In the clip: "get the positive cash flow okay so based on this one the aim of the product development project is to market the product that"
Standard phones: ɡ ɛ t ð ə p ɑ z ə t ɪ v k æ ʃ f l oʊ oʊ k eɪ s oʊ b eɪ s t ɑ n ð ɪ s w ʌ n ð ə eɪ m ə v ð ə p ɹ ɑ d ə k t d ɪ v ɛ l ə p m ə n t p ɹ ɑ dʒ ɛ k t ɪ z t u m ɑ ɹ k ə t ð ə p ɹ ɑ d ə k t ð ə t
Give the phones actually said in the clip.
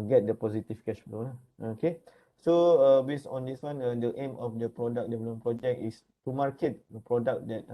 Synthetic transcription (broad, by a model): ɡ ɛ t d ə p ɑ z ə t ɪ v k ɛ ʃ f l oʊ oʊ k eɪ s oʊ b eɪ s ɑ n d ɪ s w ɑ n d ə eɪ m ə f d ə p ɹ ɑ d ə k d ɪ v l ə m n p ɹ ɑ dʒ ɛ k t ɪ s t u m ɑ ɹ k ə t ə p ɹ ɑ d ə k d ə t